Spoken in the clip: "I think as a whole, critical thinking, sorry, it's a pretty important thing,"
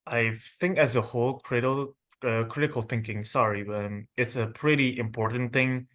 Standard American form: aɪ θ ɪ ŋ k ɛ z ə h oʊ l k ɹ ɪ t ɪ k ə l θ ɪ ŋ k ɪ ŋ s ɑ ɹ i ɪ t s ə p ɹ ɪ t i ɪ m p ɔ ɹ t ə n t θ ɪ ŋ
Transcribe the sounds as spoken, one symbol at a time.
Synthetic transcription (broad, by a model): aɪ θ ɪ ŋ k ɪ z ə h oʊ l k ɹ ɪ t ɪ k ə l θ ɪ ŋ k ɪ ŋ s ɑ ɹ i ɪ t s ə p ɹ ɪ t i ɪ m p ɔ ɹ t n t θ ɪ ŋ